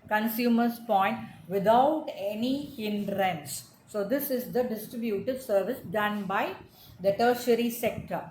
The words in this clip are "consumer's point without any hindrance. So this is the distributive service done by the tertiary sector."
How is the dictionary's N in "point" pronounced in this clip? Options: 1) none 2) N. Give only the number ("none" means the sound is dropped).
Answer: 2